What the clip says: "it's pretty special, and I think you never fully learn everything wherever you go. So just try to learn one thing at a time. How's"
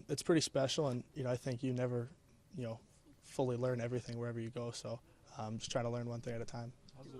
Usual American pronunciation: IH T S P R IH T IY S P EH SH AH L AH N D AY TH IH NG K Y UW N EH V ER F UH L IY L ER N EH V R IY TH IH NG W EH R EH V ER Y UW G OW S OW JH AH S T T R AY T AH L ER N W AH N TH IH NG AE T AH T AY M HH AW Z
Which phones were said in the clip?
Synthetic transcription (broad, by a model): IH T S P R IH T IY S P EH SH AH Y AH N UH AY TH IH NG K Y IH N EH V ER F UH L IY L ER N EH V R IY TH IH NG W EH R EH V ER Y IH G OW S OW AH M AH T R AY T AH L ER N W AH N TH IH NG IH T AH T AY M